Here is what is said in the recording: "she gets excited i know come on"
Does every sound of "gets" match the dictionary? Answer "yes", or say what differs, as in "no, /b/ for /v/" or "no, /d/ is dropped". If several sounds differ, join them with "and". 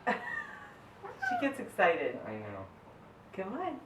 yes